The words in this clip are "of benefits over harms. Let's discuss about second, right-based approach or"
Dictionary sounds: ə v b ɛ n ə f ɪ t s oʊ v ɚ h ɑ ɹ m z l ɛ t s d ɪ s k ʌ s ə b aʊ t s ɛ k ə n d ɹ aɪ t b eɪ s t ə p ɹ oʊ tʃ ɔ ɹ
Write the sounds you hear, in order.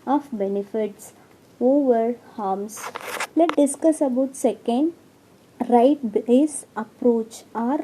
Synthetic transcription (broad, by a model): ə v b ɛ n ə f ɪ t s oʊ v ɚ h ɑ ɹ m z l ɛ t d ɪ s k ʌ s ə b aʊ t s ɛ k ə n d ɹ aɪ t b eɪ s ə p ɹ oʊ tʃ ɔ ɹ